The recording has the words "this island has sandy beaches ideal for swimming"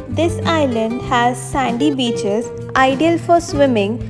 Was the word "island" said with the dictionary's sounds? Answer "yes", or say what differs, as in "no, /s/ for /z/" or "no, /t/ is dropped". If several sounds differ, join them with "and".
yes